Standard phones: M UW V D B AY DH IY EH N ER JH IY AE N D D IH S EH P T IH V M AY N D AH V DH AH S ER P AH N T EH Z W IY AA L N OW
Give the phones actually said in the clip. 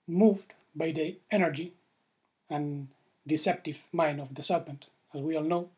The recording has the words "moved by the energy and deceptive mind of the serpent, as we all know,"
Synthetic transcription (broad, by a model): M UW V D B AY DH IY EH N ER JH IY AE N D D IH S EH P T IH V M AY N AH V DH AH S ER P AH N T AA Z W IY AA L N OW